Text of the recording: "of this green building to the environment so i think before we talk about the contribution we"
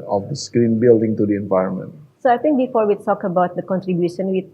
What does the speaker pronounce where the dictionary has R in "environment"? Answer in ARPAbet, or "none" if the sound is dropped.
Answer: R